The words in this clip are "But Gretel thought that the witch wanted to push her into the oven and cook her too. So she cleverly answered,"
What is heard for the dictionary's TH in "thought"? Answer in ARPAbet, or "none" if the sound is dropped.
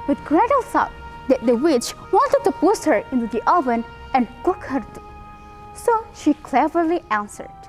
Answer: S